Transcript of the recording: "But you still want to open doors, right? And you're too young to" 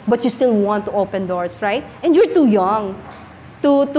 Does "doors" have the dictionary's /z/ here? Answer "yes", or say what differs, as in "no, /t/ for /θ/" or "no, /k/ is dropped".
no, /s/ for /z/